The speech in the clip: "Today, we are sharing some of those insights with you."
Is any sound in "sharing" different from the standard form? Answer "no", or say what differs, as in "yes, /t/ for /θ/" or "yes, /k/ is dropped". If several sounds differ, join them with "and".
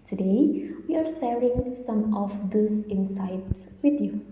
yes, /s/ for /ʃ/